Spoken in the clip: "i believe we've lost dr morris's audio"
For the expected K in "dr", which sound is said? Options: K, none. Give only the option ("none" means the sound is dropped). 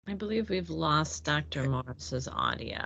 K